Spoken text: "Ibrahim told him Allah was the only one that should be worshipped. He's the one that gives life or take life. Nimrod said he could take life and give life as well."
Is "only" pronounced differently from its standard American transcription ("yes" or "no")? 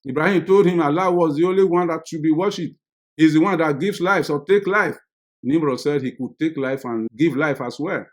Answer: no